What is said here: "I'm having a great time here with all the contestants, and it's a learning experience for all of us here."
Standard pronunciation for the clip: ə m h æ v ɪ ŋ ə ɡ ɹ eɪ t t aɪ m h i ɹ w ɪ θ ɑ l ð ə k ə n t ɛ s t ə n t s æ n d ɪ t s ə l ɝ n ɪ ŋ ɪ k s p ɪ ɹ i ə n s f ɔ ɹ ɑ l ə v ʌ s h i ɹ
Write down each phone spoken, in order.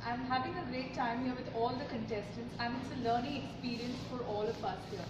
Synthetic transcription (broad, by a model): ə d h æ v ɪ ŋ ə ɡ ɹ eɪ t t aɪ m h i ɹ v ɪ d ɑ l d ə k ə n t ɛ s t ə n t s æ n d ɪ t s ə l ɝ n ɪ ŋ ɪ k s p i ɹ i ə n s f ɔ ɹ ɑ l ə p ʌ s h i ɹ